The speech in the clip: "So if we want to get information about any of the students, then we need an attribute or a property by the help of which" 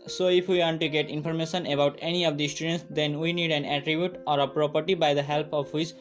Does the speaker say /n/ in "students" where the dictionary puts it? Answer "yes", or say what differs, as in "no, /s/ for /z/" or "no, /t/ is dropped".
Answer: yes